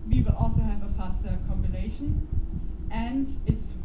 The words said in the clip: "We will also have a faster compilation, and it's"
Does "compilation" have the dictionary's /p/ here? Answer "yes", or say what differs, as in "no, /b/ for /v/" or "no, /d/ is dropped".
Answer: no, /b/ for /p/